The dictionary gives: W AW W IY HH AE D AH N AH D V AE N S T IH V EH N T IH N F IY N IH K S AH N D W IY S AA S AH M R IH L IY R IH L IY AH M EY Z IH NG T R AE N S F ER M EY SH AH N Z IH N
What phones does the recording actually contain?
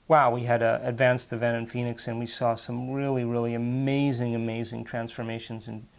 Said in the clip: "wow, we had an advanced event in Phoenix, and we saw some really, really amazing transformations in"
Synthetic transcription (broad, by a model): W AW W IY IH D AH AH D V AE N S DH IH V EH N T IH N F IY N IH K S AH N W IY S AA S AH M R IH L IY R IH L IY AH M EY Z IH NG T R AE N S F ER M EY SH AH N Z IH N